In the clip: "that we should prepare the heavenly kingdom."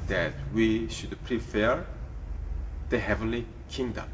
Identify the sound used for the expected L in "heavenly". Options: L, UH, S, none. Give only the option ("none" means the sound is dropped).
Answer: L